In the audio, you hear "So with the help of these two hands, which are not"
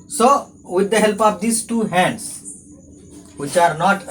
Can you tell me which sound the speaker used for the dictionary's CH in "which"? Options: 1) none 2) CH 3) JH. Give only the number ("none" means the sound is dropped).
2